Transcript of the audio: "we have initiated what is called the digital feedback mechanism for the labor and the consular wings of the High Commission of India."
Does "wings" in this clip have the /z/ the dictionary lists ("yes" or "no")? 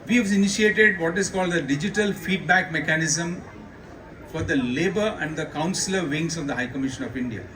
no